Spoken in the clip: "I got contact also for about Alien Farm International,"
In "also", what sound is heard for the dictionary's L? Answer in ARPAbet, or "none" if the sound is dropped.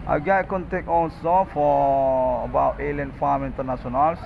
N